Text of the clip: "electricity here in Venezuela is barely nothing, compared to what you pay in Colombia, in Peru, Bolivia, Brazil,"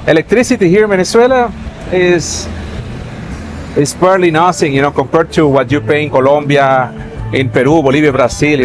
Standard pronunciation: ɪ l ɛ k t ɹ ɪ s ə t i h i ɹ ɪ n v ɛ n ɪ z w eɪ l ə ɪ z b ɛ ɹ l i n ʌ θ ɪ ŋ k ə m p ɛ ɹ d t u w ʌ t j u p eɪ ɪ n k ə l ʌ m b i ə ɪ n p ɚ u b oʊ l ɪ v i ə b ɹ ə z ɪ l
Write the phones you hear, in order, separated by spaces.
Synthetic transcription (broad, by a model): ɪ l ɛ k t ɹ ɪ s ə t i h i ɹ ɪ n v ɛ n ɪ s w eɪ l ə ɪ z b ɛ ɹ l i n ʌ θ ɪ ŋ k ə m p ɛ ɹ d t u w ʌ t j u p eɪ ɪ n k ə l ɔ m b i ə ɪ n p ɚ u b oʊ l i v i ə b ɹ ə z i l